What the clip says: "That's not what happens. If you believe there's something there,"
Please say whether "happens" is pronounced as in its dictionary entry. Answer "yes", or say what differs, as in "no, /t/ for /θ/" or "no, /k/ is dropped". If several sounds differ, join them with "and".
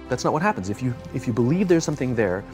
yes